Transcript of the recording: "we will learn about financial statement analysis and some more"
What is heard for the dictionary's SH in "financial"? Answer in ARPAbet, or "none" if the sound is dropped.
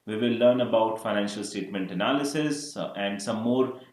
SH